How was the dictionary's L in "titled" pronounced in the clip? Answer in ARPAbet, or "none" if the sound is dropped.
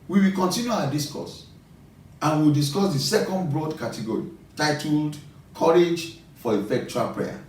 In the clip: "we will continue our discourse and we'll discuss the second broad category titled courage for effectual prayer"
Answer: L